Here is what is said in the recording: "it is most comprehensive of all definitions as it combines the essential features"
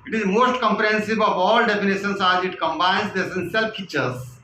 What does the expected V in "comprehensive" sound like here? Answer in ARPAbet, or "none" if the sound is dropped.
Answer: B